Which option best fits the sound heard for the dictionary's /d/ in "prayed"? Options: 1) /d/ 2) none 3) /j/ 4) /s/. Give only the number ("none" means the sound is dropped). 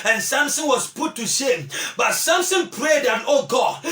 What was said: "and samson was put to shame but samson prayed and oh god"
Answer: 1